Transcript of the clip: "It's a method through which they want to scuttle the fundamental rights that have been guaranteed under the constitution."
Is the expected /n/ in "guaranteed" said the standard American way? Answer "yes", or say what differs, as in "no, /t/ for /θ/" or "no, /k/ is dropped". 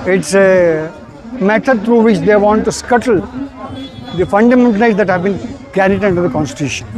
no, /n/ is dropped